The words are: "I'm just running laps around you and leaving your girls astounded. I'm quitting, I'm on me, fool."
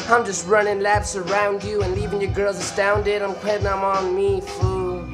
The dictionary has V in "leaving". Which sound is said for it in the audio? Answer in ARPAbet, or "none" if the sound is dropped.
V